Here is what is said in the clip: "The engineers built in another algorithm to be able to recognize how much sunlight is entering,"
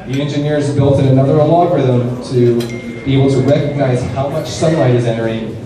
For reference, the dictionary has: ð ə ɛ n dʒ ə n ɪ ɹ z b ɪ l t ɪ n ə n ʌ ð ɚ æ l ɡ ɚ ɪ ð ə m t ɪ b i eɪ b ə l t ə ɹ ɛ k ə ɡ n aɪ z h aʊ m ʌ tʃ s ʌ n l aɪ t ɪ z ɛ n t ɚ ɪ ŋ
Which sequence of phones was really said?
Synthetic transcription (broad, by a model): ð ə ɛ n dʒ ə n ɪ ɹ z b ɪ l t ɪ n ə n ʌ ð ɚ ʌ l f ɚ ð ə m t ɪ b i eɪ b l t ə ɹ ɛ k ə ɡ n aɪ z h aʊ m ʌ tʃ s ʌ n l aɪ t ɪ z ɛ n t ɚ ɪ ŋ